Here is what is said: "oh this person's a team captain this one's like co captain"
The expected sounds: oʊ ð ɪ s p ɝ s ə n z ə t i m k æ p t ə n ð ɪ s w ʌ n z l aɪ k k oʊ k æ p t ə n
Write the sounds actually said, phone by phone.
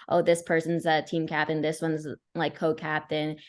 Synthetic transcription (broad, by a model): oʊ ð ɪ s p ɝ s ə n z ə t i m k æ p t ə n ð ɪ s w ʌ n z l aɪ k k oʊ k æ p t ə n